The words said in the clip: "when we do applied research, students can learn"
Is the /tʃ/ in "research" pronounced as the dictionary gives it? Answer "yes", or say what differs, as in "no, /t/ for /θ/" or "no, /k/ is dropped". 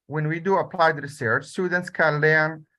yes